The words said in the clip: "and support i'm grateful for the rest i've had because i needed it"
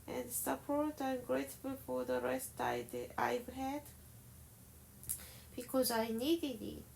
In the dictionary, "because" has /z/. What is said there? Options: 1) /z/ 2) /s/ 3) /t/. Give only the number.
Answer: 1